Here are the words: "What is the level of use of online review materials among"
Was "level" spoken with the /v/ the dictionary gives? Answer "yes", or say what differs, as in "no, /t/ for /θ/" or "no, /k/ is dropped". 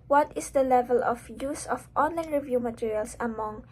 yes